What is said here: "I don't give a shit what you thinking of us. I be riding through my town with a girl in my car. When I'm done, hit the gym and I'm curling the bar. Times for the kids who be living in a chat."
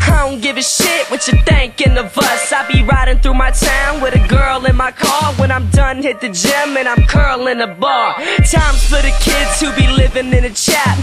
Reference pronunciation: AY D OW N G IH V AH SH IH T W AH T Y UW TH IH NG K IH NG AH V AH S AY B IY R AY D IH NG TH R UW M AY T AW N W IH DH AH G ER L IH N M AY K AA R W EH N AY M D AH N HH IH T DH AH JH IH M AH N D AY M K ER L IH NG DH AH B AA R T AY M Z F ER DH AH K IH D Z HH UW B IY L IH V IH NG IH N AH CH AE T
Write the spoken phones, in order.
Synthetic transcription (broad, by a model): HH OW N G IH V AH SH IH T W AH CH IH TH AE NG K IH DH AH V AH S AY B IY R AY D IH NG TH R UW M AY T AW N W IH DH AH G ER L IH N M AY K AA R W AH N AY M D AH N HH IH T DH AH JH IH M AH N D AY M K ER L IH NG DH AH B AA R T AY M Z F ER DH AH K IH D Z HH UW B IY L IH V IH NG IH N AH CH AE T